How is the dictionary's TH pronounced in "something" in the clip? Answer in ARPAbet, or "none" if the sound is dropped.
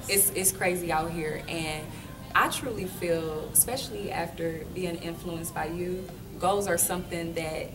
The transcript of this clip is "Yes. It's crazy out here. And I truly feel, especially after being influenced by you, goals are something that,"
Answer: TH